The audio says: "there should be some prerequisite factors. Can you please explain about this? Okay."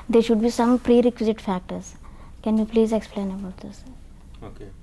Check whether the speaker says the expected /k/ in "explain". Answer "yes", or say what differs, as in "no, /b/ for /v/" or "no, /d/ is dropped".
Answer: yes